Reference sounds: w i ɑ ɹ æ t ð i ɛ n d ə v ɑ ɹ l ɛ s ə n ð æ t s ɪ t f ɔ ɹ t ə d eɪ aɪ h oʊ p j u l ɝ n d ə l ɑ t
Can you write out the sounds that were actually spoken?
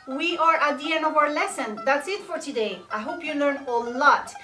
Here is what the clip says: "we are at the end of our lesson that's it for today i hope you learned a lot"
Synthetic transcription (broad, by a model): w i ɑ ɹ t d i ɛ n ə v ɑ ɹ l ɛ s ə n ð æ t s ɪ t f ɔ ɹ t ə d eɪ aɪ h oʊ p j u l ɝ n ə l ɑ t